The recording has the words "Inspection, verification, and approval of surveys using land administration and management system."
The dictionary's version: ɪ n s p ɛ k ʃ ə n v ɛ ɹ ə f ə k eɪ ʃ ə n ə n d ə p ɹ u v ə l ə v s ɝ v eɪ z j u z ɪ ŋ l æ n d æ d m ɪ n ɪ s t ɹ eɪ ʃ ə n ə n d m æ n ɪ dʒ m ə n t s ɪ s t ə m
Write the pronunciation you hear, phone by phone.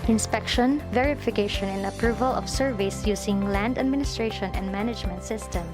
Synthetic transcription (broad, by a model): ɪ n s p ɛ k ʃ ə n v ɛ ɹ ə f ə k eɪ ʃ ə n ə n d ə p ɹ u v ə l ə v s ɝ v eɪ s j u s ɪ ŋ l æ n d æ d m ɪ n ɪ s t ɹ eɪ ʃ ə n ə n d m æ n ɪ dʒ m ə n t s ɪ s t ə m